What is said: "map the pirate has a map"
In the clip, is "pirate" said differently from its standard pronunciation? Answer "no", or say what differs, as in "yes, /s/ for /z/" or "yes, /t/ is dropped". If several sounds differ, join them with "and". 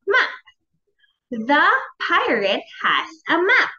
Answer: no